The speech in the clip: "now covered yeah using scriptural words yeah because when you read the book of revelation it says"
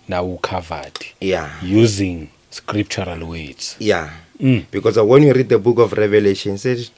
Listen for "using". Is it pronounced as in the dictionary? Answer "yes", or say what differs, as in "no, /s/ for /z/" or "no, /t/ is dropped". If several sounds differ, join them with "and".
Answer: yes